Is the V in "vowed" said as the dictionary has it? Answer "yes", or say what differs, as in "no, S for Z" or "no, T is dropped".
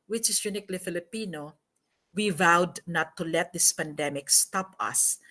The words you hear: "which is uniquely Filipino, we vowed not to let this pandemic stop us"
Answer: yes